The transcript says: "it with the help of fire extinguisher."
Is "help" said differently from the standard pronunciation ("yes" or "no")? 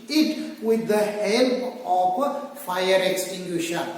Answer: yes